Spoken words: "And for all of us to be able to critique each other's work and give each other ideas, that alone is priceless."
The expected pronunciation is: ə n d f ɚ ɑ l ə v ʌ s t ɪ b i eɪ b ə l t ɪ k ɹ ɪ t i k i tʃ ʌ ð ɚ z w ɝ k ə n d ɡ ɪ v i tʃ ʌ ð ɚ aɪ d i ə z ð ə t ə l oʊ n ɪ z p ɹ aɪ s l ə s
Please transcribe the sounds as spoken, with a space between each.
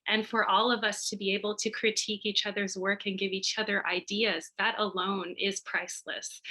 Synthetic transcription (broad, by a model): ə n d f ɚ ɑ l ə v ʌ s t ɪ b i eɪ b l t ɪ k ɹ ɪ t i k i tʃ ʌ ð ɚ z w ɝ k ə n ɡ ɪ v i tʃ ʌ ð ɚ aɪ d i ə z ð ə t ə l oʊ n ɪ z p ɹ aɪ s l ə s